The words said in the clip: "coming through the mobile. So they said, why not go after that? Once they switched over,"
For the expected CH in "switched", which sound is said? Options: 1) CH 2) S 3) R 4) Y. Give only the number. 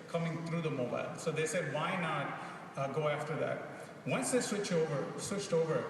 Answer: 1